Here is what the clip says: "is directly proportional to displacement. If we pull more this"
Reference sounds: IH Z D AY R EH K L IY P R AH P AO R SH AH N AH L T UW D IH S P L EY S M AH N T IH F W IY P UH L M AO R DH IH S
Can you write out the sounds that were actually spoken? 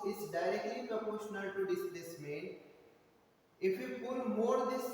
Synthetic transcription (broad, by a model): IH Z D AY R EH K L IY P R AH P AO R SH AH N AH L T UW D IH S L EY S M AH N IH F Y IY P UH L M AO R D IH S